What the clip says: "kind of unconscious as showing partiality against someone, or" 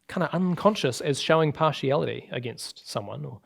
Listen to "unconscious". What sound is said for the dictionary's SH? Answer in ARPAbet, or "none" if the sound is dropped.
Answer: SH